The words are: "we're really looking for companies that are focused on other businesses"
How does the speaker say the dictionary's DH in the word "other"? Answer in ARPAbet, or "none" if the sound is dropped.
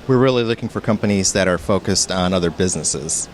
DH